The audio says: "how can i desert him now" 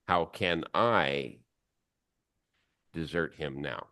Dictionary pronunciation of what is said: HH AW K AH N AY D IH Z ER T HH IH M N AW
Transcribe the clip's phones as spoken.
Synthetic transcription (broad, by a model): HH AW K AH N AY D IH Z ER T HH IH M N AW